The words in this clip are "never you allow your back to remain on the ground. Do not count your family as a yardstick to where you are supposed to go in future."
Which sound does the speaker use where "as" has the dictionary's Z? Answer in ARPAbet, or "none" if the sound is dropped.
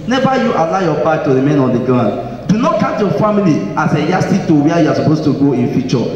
S